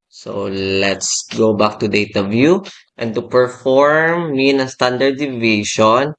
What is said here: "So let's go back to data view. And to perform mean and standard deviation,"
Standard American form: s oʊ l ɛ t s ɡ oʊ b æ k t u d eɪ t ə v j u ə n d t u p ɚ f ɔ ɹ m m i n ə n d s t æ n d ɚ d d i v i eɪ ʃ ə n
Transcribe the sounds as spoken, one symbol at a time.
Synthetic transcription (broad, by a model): s oʊ l ɛ t s ɡ oʊ b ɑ k t u d eɪ t ə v j u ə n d t u p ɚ f ɔ ɹ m m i ə n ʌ s t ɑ n d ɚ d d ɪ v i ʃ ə n